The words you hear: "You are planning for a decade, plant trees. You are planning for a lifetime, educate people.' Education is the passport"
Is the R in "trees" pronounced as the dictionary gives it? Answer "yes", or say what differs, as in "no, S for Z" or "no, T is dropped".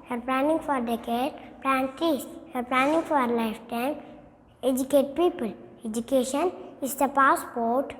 no, R is dropped